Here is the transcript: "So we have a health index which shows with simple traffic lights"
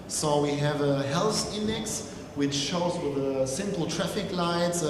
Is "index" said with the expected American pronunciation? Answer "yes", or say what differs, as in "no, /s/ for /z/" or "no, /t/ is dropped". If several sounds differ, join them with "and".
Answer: yes